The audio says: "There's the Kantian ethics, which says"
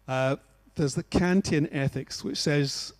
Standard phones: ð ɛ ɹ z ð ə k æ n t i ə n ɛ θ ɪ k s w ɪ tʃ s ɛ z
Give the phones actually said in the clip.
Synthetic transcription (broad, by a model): ð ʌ z ð ə k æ n t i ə n ɛ θ ɪ k s w ɪ tʃ s ɛ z